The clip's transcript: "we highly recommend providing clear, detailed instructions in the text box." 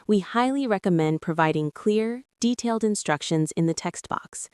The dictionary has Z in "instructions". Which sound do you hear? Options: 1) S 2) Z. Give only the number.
2